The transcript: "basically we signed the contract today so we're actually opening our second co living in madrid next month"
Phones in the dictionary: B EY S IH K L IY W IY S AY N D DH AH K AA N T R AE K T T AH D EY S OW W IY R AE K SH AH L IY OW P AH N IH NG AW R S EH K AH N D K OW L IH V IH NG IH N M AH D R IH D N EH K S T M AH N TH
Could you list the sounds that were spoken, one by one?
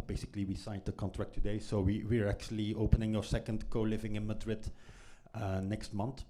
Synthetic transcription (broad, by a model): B EY S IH K L IY W IY S AY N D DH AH K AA N T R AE K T T AH D EY S OW W IY R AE K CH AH L IY OW P AH N IH NG AW R S EH K AH N D K OW L IH V IH NG IH N M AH D R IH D N EH K S T M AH N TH